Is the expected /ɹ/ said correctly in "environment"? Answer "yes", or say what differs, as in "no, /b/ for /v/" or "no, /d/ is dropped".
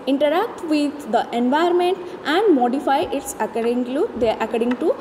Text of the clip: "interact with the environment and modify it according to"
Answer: no, /ɹ/ is dropped